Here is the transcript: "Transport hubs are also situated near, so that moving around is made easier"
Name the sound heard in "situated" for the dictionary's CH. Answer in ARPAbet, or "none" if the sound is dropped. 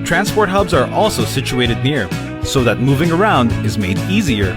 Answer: CH